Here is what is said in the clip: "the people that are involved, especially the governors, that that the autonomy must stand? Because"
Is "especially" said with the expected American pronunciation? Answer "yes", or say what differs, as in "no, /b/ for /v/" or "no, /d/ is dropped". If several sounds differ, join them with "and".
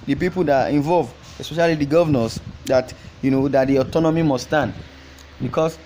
yes